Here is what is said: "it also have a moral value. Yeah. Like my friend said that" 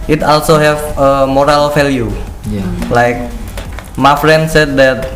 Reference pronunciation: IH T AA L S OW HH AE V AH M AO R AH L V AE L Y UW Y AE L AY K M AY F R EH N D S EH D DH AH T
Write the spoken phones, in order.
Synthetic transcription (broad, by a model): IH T AA L S OW HH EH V AH M AO R AH L F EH L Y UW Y L AY K M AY F R EH N D S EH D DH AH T